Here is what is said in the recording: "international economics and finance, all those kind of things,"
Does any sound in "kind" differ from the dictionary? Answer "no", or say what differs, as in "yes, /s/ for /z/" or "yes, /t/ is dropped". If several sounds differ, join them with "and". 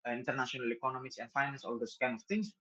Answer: yes, /d/ is dropped